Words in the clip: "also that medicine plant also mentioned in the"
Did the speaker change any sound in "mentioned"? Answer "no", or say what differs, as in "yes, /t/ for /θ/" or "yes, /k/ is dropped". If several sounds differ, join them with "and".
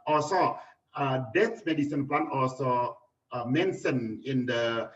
yes, /d/ is dropped